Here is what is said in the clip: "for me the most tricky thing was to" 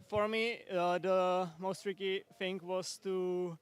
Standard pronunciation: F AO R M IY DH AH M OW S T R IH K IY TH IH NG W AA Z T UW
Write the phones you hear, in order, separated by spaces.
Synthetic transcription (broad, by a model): F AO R M IY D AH M OW S T R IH K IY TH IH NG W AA S T UW